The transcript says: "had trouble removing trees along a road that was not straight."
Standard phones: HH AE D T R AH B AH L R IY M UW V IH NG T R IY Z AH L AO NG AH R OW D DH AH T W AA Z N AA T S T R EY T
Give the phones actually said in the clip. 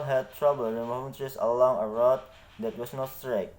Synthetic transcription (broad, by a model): HH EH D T R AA B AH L W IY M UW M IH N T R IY S AH L AO NG AH R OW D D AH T W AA S N AA T S T R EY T